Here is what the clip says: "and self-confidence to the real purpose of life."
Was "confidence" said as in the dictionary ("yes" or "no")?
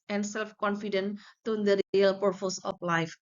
no